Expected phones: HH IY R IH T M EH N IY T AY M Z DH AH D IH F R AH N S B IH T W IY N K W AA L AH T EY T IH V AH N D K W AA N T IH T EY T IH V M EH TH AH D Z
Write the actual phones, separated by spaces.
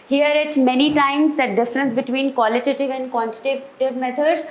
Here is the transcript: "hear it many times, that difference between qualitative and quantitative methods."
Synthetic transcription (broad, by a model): HH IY R IH T M EH N IY T AY M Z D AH D IH F R AH N S B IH T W IY N K W AA L AH T EY T IH V AH N D K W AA N T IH T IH T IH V M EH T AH D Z